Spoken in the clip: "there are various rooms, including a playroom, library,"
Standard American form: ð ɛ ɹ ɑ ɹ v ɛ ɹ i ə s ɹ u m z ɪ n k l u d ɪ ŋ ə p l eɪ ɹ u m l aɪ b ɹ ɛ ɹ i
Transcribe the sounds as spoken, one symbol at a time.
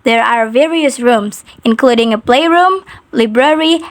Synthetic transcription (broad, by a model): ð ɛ ɹ ɑ ɹ v ɛ ɹ i ə s ɹ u m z ɪ n k l u d ɪ ŋ ə p l eɪ ɹ u m l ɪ b ɹ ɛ ɹ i